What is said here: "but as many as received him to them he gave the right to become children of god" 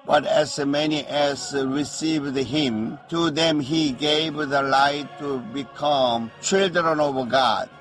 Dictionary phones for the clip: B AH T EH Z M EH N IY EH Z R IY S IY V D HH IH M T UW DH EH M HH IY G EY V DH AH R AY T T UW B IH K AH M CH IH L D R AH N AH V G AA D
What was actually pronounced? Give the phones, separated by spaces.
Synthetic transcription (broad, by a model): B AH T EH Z M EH N IY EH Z R IY S IY V D HH IH M T UW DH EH M HH IY G EY V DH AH L AY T T UW B IH K AH M CH IH L D R AH N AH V G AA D